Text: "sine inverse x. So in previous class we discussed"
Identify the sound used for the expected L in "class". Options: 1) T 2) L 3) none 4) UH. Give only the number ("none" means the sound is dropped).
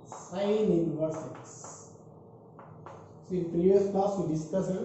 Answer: 3